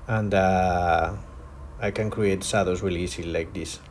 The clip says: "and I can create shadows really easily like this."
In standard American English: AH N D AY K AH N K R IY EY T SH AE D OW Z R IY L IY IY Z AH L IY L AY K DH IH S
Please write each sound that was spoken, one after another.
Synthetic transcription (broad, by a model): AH N D AY K AH N K R IY EY T S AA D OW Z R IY L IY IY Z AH L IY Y K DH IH S